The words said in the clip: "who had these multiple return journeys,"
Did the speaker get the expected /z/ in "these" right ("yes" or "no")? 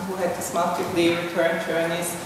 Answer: no